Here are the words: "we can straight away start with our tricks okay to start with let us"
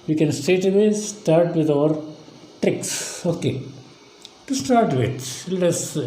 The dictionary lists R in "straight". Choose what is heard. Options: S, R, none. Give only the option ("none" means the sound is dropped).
none